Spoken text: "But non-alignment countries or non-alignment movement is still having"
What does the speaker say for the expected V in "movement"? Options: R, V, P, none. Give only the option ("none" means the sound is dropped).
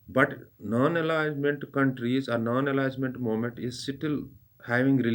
none